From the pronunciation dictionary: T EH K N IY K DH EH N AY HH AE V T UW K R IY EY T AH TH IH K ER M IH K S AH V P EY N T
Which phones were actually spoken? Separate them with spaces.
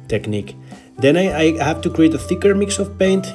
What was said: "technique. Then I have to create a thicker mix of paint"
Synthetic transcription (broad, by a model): T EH K N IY K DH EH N AY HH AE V T UW K R IY EY T AH TH IH K ER M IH K S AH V P EY N T